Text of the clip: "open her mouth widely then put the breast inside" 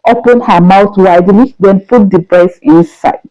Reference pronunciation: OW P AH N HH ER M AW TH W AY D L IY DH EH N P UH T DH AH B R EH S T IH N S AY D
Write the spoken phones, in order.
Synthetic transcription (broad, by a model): OW P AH N HH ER M AW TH W AY D L IY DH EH N P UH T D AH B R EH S IH N S AY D